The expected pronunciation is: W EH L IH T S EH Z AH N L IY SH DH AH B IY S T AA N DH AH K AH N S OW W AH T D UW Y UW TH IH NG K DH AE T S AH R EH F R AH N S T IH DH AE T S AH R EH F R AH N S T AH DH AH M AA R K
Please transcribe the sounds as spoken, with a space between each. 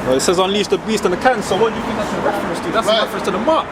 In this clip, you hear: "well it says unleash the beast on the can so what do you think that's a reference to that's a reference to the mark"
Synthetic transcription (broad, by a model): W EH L IH T S EH Z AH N L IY S DH AH B IY S T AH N DH AH K AH N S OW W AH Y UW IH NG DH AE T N AH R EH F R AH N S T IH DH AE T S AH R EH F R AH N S T AH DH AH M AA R